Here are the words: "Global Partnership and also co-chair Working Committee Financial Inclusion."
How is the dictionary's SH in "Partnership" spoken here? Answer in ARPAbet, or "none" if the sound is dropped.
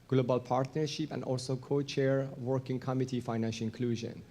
SH